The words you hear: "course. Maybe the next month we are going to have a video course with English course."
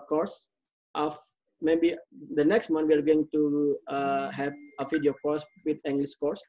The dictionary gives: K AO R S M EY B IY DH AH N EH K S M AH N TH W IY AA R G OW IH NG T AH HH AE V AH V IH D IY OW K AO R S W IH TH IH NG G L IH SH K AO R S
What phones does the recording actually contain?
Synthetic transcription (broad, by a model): K AO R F M EY B IY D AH N EH K S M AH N W IY AA R G OW IH NG T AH HH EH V AH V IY D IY OW K AO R S W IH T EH NG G L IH S K AO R S